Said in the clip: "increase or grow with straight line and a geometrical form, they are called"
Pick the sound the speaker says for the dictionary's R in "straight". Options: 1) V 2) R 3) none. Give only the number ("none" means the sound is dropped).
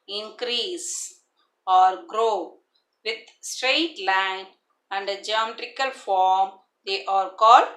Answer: 2